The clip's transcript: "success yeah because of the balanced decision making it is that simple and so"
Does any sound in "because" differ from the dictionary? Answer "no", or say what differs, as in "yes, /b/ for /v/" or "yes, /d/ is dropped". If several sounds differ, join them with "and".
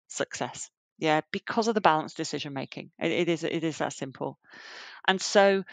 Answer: no